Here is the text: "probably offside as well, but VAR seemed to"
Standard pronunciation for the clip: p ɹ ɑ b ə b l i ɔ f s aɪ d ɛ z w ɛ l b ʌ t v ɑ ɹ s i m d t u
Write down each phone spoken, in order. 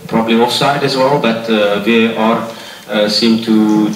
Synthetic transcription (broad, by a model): p ɹ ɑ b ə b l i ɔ s aɪ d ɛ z w ɛ l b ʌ t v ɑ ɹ s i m t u